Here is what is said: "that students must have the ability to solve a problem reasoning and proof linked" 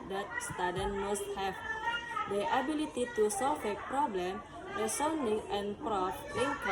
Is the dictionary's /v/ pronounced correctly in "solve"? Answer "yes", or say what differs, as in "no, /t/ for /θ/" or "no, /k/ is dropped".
no, /f/ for /v/